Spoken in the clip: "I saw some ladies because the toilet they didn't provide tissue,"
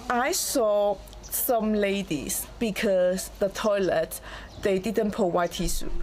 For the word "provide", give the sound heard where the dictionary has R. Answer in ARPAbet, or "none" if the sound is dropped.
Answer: none